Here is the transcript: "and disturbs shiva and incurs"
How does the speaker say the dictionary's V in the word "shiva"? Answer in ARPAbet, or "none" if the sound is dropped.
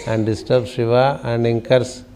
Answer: V